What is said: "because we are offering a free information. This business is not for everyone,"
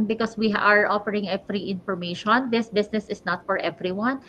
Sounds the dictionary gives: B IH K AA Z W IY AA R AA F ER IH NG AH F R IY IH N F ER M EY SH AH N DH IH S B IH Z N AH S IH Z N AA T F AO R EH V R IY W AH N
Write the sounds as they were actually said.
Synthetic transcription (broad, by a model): B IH K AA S W IY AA R AA F ER IH NG AH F R IY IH N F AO M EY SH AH N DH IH S B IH S N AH S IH S N AA T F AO R EH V R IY W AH N